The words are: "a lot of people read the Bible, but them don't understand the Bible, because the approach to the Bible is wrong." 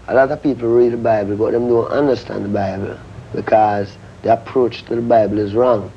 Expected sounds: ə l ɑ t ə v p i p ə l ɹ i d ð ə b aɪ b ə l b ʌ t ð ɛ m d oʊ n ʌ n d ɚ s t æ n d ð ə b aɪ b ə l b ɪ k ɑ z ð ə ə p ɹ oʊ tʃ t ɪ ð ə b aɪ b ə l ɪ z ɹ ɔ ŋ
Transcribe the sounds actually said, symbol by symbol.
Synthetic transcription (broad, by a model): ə l ɑ t ə v p i p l ɹ i d ð ə b aɪ b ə l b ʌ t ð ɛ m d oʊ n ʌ n d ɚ s t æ n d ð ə b aɪ b ə l b ɪ k ɑ z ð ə ə p ɹ oʊ tʃ t ɪ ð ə b aɪ b ə l ɪ z ɹ ɔ ŋ